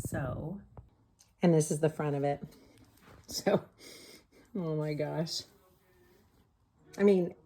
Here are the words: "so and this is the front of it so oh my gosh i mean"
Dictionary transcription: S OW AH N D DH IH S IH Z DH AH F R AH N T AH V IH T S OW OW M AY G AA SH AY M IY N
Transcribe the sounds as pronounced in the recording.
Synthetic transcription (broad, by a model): S OW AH N DH IH S IH Z DH AH F R AH T AH V IH T S OW OW M AY G AA SH AY M IY N